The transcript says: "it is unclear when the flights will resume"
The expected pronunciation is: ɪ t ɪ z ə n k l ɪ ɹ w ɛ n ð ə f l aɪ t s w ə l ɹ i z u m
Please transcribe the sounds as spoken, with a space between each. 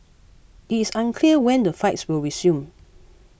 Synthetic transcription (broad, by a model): ɪ t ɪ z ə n k l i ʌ w ɛ n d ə f aɪ t s w ə l ɹ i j u m